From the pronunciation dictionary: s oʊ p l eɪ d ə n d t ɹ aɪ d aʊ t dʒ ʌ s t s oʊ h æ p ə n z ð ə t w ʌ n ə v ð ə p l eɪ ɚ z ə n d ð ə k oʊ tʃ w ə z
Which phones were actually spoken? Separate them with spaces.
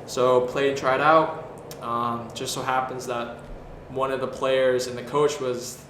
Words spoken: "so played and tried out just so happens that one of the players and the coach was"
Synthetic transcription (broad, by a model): s oʊ p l eɪ ə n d t ɹ aɪ d aʊ t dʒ ʌ s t s oʊ h æ p ə n z ð ə t w ʌ n ə v ð ə p l eɪ ɚ z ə n ð ə k oʊ tʃ w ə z